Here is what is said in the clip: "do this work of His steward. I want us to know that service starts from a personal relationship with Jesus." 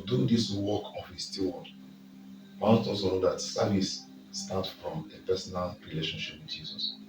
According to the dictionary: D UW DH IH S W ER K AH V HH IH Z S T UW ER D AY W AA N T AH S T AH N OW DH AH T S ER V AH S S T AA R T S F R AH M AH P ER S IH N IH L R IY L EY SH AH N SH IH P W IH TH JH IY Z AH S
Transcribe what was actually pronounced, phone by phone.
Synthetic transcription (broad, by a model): D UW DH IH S W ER K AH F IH S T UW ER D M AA T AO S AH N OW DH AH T S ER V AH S S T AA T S F R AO M AH P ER S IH N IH L R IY L EY SH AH N SH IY P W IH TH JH IY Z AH S